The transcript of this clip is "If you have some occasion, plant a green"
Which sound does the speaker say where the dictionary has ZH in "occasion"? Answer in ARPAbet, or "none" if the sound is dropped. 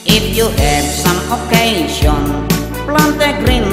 S